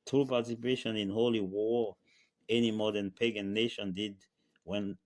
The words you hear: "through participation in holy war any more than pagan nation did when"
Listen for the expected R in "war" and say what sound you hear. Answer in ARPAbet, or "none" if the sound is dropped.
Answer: R